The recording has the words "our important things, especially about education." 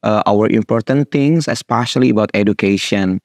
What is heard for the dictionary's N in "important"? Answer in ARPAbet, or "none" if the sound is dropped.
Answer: N